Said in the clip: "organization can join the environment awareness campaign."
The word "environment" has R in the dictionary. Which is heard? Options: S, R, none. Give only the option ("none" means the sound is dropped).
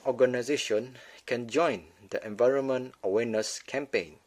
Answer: R